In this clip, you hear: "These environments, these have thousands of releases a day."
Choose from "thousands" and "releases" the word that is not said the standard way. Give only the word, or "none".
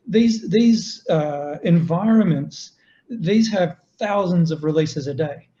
none